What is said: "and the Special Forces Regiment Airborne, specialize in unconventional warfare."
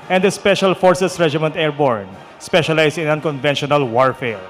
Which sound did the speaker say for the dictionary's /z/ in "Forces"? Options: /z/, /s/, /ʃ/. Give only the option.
/s/